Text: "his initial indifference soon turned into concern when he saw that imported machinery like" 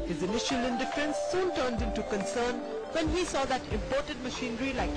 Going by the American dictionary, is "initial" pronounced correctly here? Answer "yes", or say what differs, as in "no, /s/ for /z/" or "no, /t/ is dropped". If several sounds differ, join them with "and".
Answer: yes